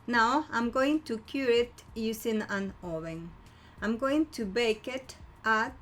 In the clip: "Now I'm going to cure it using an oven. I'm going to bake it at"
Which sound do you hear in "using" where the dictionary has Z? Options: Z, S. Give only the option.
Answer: S